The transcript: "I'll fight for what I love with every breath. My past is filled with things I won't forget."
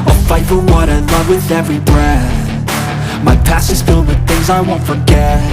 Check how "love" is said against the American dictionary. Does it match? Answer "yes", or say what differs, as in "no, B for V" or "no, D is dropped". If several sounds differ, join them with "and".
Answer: yes